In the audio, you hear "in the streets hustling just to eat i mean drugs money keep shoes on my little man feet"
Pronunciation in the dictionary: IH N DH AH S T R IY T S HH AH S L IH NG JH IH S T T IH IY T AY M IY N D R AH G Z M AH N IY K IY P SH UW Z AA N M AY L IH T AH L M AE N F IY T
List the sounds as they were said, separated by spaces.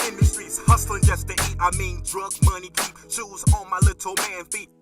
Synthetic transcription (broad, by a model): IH N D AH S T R IY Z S HH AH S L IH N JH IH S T T IH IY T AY M IY N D R AH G M AH N IY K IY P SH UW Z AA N M AY L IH T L M AE N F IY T